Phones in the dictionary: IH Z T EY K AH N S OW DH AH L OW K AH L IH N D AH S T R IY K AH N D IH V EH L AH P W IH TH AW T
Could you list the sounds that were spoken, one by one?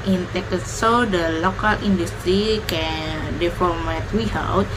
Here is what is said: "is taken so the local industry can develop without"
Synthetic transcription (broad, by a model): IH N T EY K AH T S OW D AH L OW K AH L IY N D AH S T R IY K AH N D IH F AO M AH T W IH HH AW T